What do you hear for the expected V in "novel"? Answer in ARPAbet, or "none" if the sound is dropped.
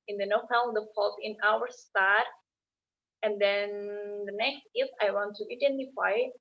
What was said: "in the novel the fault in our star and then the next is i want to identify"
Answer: P